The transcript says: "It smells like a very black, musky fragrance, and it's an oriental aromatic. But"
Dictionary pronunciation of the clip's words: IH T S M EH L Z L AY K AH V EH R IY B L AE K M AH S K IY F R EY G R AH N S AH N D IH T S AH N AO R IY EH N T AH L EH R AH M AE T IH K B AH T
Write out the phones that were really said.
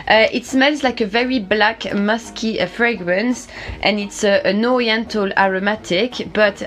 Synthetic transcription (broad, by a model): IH T S M EH L Z L AY K AH V EH R IY B L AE K M AH S K IY F R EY G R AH N S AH N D IH T S AH N AO R IY EH N T AH L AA R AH M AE T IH K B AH T